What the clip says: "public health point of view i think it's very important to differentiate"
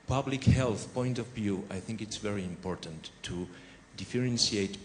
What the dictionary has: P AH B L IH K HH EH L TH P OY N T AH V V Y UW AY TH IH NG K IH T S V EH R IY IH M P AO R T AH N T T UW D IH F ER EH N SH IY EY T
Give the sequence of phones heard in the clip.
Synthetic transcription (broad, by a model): P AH B L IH K HH EH L TH P OY N T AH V V Y UW AY TH IH NG K IH T S V EH R IY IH M P AO R T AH N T T UW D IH F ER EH N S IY EY T